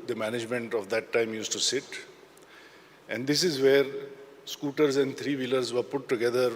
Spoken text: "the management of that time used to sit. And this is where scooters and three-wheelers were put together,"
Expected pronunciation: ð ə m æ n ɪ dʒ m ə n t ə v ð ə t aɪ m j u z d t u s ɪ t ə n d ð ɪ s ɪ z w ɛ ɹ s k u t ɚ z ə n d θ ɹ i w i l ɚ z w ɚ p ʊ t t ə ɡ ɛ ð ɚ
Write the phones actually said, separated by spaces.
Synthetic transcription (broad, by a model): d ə m æ n ɪ dʒ m ə n t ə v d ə t aɪ m j u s t u s ɪ t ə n d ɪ s ɪ z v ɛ ɹ s k u t ɚ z ə n d t ɹ i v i l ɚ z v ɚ p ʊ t t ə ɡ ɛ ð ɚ